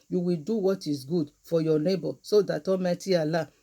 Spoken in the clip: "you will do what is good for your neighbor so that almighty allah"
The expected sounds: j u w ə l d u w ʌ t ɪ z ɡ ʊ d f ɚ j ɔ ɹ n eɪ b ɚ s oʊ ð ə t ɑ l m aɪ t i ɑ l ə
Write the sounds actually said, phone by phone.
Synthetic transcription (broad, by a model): j u w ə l d u w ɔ t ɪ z ɡ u d f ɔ j ɔ n eɪ b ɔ s oʊ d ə t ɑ m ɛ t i ɑ l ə